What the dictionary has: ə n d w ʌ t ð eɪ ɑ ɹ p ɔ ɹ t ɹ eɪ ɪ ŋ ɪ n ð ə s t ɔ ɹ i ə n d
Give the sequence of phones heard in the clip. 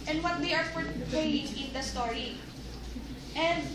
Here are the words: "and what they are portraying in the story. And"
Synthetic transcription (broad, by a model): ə n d w ʌ t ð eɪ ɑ ɹ f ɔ ɹ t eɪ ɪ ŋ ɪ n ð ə s t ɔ ɹ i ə n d